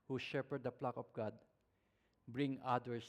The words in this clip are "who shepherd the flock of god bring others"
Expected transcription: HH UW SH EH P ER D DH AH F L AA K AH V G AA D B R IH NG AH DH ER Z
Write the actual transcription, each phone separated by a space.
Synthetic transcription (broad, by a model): HH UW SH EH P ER D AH P L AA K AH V G AA D B R IH NG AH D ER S